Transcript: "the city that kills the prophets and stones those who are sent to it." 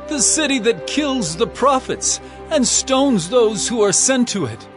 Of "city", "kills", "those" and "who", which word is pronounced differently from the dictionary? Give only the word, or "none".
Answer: none